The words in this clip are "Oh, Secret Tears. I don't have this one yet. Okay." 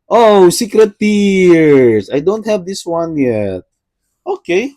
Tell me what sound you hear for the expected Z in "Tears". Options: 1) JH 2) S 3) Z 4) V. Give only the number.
2